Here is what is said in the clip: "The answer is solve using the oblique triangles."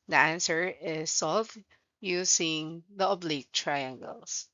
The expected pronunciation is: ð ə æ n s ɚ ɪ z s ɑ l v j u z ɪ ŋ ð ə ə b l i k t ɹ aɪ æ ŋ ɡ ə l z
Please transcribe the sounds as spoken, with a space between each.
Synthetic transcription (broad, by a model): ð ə æ n s ɚ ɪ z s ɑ v j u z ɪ ŋ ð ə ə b l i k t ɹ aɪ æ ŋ ɡ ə l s